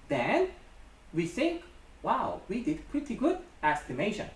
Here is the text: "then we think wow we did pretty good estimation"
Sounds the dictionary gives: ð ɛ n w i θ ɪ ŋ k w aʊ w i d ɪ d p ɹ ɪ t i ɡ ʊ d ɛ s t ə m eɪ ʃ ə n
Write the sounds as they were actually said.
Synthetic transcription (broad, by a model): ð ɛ n w i θ ɪ ŋ k w aʊ w i d ɪ d p ɹ ɪ t i ɡ ʊ d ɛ s t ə m eɪ ʃ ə n